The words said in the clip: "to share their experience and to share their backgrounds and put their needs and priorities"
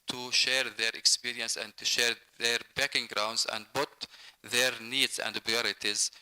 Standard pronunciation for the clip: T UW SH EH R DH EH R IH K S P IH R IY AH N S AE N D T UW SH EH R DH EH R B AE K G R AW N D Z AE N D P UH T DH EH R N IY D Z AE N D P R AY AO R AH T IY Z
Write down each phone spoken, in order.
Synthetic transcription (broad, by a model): T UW SH EH R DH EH R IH K S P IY R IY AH N S AE N D T UW SH EH R DH EH R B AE K G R AW N D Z AE N D B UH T DH EH R N IY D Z AE N D P R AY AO R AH T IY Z